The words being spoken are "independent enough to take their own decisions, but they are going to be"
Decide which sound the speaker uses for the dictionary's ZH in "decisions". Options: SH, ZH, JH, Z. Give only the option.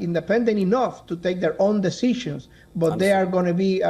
SH